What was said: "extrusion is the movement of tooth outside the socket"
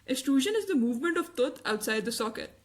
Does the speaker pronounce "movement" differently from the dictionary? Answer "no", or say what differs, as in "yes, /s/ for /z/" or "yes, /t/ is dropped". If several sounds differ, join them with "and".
no